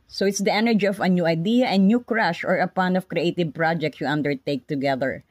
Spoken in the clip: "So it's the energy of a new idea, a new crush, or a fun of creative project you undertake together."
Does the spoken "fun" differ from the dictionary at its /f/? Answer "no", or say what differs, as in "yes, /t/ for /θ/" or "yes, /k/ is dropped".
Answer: yes, /p/ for /f/